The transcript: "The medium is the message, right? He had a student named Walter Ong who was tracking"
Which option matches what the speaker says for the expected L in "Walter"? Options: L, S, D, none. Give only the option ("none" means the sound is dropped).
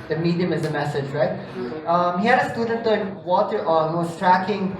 none